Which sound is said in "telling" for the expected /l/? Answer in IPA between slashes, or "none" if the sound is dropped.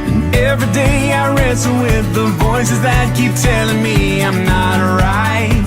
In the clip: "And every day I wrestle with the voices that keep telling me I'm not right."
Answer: /l/